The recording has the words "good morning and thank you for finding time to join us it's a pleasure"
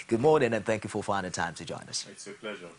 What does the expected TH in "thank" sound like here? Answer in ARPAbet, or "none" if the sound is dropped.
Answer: TH